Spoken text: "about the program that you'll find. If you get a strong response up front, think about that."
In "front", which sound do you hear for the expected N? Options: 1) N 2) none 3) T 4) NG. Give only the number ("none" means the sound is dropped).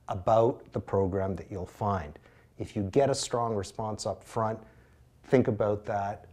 1